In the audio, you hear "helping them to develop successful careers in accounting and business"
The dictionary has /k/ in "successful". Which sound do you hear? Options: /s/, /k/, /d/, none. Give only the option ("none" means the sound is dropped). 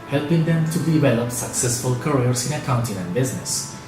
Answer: /k/